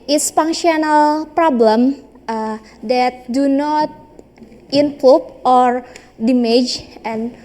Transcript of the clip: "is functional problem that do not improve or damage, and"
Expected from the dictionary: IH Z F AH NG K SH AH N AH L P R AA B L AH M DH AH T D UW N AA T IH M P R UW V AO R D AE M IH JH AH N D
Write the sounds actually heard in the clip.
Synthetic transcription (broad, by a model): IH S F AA NG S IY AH N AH L P R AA B L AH M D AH T D UW N AA T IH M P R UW P AO R D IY M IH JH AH N